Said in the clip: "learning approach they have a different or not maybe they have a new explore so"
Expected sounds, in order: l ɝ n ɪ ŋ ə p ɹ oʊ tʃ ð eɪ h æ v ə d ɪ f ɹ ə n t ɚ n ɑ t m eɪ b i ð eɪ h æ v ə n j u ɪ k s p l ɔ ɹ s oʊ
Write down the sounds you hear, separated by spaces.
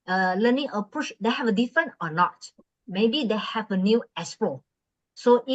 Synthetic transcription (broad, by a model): l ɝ n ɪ ŋ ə p ɹ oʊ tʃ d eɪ h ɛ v ə d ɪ f ɹ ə n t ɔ n ɑ t m eɪ b i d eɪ h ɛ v ə n j u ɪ s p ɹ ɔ s oʊ